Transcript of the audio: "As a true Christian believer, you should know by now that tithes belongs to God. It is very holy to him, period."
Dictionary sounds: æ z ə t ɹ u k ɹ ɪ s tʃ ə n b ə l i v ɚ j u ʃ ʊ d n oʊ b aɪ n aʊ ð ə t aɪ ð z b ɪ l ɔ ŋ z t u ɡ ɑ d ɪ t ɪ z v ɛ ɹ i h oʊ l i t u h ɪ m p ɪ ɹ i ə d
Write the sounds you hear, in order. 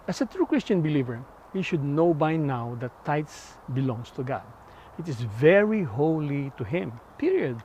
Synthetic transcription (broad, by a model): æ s ə t ɹ u k ɹ ɪ s tʃ ə n b ə l i v ɚ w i ʃ ʊ d n oʊ b aɪ n aʊ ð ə t aɪ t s b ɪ l ɔ ŋ s t u ɡ ɑ d ɪ t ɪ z v ɛ ɹ i h oʊ l i t u h ɪ m p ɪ ɹ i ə d